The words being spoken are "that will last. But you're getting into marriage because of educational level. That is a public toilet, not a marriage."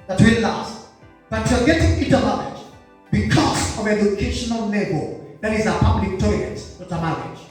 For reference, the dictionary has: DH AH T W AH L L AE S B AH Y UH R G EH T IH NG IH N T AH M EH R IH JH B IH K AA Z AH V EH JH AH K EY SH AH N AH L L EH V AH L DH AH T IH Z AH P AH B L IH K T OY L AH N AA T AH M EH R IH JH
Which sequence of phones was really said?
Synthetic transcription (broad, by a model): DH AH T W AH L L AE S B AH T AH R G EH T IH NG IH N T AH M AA L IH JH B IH K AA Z AH V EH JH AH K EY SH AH N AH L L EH B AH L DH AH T IH Z AH P AH B L IH K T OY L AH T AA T AH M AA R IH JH